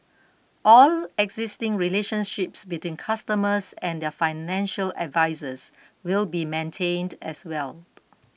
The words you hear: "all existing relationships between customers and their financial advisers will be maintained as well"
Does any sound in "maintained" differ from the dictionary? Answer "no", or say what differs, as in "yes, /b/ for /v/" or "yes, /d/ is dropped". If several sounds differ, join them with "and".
no